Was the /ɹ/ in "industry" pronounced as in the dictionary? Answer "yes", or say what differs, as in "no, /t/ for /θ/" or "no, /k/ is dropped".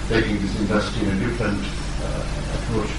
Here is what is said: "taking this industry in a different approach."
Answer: no, /ɹ/ is dropped